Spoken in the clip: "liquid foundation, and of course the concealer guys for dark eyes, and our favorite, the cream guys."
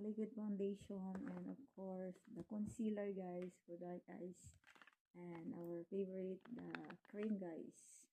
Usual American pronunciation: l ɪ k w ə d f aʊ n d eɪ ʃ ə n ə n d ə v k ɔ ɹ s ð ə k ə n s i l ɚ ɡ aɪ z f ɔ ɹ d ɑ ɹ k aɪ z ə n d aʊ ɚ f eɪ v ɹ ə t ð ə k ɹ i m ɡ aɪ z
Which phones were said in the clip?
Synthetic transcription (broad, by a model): l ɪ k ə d f aʊ n d eɪ ʃ ə n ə n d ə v k ɔ ɹ s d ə k ə n s i l ɚ ɡ aɪ s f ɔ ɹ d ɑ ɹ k aɪ s ə n d aʊ ɚ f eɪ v ɹ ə t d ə k ɹ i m ɡ aɪ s